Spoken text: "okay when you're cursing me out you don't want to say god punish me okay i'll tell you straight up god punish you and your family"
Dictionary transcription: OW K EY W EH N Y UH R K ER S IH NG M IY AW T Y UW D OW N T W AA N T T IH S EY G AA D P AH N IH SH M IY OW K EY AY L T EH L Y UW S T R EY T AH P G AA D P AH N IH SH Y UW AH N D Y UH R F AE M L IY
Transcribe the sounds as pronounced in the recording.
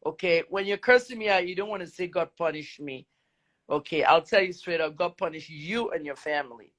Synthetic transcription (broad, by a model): OW K EY W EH N Y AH R K ER S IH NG M IY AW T Y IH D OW N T W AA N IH S EY G AA D P AH N IH SH M IY OW K EY AY L T EH L Y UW S T R EY T AH P G AA D P AH N IH SH Y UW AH N Y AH R F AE M L IY